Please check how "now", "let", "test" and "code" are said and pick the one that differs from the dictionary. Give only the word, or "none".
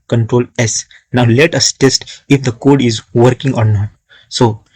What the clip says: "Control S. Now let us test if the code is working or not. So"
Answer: none